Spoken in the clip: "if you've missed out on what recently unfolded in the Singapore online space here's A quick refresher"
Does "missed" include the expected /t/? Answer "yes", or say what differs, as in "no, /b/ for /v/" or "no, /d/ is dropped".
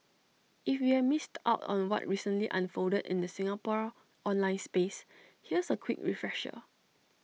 yes